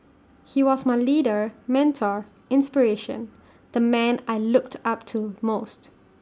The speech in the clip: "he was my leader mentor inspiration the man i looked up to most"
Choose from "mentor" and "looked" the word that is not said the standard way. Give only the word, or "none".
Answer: none